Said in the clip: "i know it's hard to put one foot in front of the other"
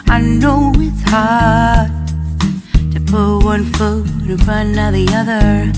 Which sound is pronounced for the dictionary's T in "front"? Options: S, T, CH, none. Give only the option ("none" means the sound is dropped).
none